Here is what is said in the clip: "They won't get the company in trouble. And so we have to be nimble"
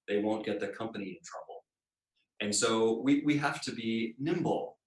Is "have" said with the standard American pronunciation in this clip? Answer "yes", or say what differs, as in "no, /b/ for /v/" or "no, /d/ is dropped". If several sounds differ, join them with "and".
no, /f/ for /v/